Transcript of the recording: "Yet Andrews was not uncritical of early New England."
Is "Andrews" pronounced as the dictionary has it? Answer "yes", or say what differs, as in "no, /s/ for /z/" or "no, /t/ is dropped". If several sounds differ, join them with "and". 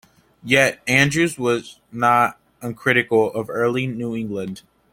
yes